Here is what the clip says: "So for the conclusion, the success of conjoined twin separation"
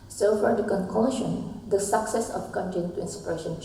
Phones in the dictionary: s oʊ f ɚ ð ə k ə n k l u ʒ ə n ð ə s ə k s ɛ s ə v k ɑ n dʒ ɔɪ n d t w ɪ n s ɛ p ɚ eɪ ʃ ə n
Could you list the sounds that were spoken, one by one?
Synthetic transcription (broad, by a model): s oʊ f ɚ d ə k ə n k u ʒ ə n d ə s ə k s ɛ s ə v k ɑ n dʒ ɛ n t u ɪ n s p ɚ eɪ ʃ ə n